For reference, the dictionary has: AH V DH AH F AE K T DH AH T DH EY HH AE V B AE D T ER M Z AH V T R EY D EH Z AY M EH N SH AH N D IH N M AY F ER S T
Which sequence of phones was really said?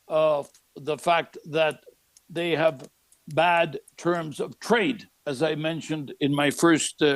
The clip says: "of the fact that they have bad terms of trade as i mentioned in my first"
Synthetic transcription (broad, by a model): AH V DH AH F AE K T DH AH T DH EY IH V B AE D T ER M Z AH V T R EY D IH Z AY M EH N SH AH N D IH N M AY F ER S T